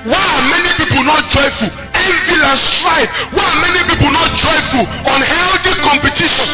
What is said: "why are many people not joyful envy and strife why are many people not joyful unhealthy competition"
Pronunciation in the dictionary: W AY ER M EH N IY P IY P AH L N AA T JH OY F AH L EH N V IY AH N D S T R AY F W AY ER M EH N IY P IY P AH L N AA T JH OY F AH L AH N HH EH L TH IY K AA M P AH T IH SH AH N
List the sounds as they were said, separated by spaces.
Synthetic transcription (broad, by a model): W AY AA M EH N IY P IY P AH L N AA T JH OY F AH L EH V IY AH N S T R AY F W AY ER M EH N IY P IY P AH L N AA T JH OY F AH L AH N HH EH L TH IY K AA M P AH T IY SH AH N